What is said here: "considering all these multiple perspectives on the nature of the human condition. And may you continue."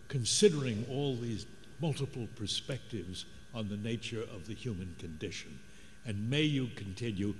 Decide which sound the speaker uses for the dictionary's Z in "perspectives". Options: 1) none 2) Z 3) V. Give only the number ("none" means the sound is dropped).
2